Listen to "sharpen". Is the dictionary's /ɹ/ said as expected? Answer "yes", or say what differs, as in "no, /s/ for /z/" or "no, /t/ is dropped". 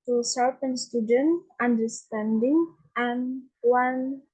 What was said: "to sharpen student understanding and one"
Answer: no, /l/ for /ɹ/